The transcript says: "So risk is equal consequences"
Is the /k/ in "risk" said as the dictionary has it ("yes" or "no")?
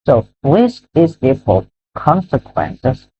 no